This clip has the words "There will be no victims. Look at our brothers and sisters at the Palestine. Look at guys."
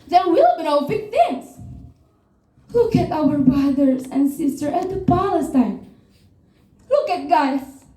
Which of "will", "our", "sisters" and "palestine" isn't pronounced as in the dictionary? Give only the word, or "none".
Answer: sisters